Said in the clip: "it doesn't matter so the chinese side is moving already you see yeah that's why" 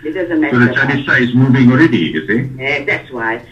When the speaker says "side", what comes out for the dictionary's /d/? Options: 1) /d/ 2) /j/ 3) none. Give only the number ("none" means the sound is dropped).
3